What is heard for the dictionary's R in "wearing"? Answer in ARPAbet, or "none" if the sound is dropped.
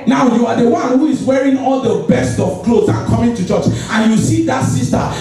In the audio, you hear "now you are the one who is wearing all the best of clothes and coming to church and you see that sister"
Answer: R